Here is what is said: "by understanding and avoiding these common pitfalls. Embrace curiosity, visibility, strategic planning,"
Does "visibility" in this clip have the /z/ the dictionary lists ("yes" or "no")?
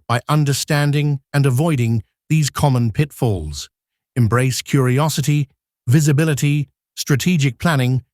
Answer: yes